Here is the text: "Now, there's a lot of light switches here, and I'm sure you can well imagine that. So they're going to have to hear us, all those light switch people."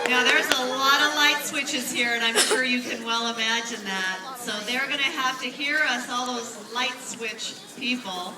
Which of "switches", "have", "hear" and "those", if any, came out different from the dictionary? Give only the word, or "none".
have